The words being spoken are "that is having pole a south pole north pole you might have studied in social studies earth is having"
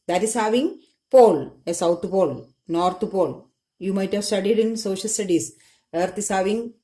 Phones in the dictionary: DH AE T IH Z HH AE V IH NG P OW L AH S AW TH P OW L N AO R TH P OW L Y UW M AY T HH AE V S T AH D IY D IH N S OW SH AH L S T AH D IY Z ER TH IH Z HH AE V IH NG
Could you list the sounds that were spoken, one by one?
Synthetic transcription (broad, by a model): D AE T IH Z HH AE V IH NG P OW L AH S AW T P OW L N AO R T P OW L Y UW M AY T HH AE V S T AH D IY D IH N S OW SH AH L S T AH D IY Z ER T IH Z HH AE V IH NG